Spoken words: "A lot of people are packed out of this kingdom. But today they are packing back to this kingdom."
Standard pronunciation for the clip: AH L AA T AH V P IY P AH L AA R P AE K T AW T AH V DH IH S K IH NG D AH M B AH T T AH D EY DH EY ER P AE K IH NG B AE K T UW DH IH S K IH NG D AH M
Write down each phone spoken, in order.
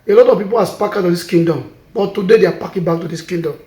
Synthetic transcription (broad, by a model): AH L AA T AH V P IY P AH L AA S P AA K AW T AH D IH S K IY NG D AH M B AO T T AH D EY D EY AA P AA K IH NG B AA K T UW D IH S K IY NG D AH M